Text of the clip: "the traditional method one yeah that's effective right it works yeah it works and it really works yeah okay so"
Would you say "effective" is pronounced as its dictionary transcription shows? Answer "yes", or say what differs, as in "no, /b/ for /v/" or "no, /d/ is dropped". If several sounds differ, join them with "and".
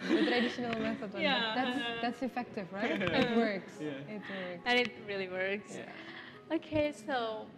yes